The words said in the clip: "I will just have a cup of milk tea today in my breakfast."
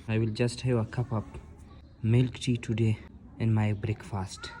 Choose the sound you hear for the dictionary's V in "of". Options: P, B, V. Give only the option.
P